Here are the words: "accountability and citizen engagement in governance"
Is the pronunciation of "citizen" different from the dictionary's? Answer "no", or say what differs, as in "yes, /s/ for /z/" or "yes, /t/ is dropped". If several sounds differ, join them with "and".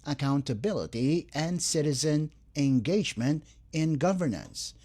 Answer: no